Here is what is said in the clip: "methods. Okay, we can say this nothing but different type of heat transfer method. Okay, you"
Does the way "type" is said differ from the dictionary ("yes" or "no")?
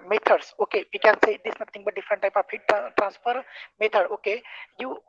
no